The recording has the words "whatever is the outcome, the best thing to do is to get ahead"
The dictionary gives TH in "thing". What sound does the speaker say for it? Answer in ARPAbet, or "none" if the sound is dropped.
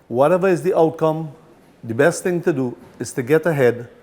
T